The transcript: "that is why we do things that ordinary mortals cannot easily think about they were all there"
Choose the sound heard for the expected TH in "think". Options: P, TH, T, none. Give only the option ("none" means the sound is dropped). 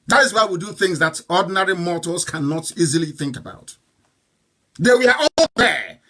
TH